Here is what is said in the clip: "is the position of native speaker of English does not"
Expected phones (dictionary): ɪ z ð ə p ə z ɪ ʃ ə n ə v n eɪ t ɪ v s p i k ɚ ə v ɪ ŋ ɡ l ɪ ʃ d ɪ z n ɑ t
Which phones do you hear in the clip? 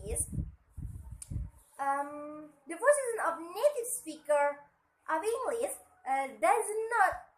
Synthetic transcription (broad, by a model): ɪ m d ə f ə s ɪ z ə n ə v n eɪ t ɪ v s p i k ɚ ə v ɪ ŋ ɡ l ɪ s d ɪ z n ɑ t